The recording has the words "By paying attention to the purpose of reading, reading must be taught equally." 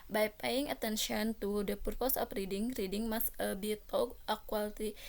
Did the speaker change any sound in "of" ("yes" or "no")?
yes